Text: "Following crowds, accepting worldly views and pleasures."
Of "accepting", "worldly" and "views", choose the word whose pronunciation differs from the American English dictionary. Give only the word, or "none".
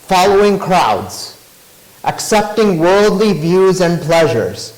none